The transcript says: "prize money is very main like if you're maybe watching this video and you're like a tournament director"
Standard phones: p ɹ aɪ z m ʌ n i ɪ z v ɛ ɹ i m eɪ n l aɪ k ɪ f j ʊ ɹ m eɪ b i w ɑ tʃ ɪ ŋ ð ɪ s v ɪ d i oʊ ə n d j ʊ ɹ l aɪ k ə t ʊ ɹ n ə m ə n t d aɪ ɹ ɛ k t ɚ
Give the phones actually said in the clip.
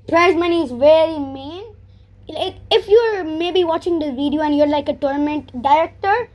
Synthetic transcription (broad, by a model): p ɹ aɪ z m ʌ n i ɪ z v ɛ ɹ i m eɪ n l aɪ k ɪ f j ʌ ɹ m eɪ b i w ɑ tʃ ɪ ŋ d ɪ v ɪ d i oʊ ə n d j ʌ ɹ l aɪ k ə t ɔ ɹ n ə m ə n t d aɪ ɹ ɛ k t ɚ